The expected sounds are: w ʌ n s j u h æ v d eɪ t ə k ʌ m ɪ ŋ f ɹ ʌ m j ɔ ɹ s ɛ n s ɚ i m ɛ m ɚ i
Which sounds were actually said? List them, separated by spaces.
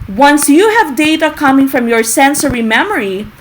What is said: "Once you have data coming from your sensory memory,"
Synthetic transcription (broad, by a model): w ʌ n s j u h æ v d eɪ t ə k ʌ m ɪ ŋ f ɹ ʌ m j ɔ ɹ s ɛ n s ɚ i m ɛ m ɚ i